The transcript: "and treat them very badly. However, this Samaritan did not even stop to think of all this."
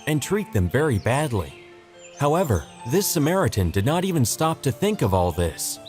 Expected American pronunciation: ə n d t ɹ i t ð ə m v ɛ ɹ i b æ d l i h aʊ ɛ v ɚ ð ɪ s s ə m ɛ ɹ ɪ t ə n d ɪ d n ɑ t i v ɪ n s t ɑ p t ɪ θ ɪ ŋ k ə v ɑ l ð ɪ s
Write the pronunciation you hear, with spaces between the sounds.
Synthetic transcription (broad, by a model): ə n t ɹ i t ð ə m v ɛ ɹ i b æ d l i h aʊ ɛ v ɚ ð ɪ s s ə m ɛ ɹ ɪ t ə n d ɪ d n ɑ t i v ɪ n s t ɑ p t ɪ θ ɪ ŋ k ə v ɑ l ð ɪ s